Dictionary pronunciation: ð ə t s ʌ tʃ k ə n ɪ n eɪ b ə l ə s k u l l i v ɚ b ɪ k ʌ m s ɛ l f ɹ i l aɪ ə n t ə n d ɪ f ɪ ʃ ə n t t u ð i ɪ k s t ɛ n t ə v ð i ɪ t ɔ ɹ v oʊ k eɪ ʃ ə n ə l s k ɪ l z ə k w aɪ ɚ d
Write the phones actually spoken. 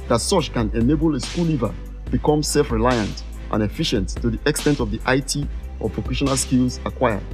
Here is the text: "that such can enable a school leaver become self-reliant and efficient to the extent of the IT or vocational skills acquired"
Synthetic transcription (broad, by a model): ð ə t s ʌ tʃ k ə n ɪ n eɪ b ə l ə s k u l l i v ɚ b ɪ k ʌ m s ɛ l f ɹ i l aɪ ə n t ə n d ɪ f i ʃ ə n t t u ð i ɪ k s t ɛ n t ə v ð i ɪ t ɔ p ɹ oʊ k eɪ ʃ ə n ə l s k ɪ l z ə k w aɪ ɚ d